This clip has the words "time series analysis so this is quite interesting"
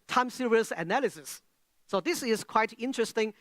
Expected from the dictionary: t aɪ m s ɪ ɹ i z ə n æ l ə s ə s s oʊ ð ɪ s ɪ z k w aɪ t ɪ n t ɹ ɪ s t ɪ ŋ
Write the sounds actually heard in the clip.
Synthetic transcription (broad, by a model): t aɪ m s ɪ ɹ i s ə n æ l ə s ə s s oʊ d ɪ s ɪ s k w aɪ t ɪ n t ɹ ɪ s t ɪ ŋ